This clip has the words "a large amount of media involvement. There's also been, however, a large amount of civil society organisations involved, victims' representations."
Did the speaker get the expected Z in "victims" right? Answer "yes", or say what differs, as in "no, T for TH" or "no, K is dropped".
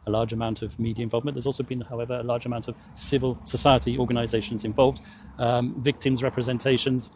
yes